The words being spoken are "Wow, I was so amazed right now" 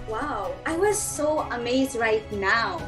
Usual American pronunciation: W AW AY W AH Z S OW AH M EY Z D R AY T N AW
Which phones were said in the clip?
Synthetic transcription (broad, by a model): W AW AY W AH Z S OW AH M EY Z D R AY T N AW